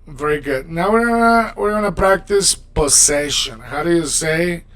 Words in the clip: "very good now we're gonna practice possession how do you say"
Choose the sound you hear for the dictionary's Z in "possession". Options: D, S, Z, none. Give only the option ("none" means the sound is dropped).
S